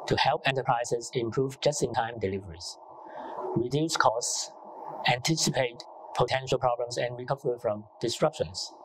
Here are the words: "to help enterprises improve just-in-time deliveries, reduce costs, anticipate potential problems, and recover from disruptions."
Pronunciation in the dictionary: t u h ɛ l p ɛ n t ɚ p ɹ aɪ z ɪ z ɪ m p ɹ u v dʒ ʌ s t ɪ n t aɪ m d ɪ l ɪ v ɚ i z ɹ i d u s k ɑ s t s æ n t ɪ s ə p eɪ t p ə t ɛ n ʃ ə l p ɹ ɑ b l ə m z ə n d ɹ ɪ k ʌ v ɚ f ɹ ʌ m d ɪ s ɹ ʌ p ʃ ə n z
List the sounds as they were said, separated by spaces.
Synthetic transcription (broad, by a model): t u h ɛ l p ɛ n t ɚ p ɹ aɪ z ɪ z ɪ m p ɹ u v dʒ ʌ s t ɪ n t aɪ m d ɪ l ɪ v ɚ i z ɹ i d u s k ɑ s t s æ n t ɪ s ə p eɪ t p ə t ɛ n ʃ ə l p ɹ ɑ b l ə m s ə n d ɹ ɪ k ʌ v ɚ f ɹ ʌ m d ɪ s ɹ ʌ p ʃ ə n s